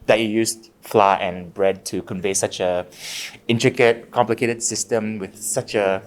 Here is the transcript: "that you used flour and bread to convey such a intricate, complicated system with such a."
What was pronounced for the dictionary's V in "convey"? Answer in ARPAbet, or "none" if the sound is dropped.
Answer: V